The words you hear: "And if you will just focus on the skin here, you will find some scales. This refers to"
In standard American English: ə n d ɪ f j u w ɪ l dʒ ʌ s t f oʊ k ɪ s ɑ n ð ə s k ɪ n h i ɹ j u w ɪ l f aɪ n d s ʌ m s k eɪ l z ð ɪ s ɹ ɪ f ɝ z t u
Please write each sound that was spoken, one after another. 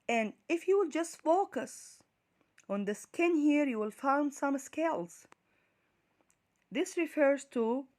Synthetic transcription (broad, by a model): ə n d ɪ f j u w ɪ l dʒ ʌ s t f oʊ k ɪ s ɑ n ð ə s k ɪ n h i ɹ j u w ɪ l f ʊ n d s ʌ m s k eɪ l z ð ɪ s ɹ ɪ f ɝ z t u